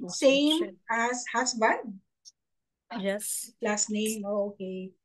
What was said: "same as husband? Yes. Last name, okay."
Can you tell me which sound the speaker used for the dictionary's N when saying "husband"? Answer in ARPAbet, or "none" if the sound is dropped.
none